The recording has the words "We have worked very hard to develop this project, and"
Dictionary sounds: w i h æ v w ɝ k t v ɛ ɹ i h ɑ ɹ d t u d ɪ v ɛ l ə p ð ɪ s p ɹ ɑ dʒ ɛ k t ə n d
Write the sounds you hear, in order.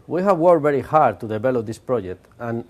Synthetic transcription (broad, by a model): w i h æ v w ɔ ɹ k v ɛ ɹ i h ɑ ɹ d t u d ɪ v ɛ l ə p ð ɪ s p ɹ ɑ dʒ ɛ k t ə n